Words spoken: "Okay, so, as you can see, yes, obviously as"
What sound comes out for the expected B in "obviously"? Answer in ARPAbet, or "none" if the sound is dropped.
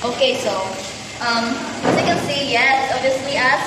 none